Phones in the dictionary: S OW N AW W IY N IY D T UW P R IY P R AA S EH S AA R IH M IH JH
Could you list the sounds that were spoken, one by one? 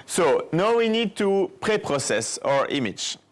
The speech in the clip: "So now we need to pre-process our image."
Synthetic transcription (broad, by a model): S OW N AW W IY N IY D T UW P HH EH P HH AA S EH S AA R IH M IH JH